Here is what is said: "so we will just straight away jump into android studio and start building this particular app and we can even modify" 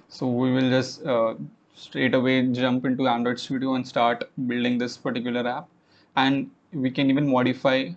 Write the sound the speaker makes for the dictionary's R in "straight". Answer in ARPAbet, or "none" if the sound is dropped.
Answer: R